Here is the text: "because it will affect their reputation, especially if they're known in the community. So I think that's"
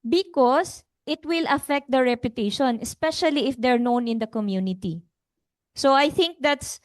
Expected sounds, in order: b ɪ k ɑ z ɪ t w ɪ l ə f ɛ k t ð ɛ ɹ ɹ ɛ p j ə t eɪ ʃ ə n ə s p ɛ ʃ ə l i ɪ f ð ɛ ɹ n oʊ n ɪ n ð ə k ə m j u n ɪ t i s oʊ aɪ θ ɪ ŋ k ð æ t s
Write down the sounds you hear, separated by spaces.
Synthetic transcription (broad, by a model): b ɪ k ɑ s ɪ t w ɪ l ə f ɛ k t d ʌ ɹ ɹ ɛ p j ə t eɪ ʃ ə n ə s p ɛ ʃ ə l i ɪ f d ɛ ɹ n oʊ n ɪ n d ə k ə m j u n ɪ t i s oʊ aɪ θ ɪ ŋ k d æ t s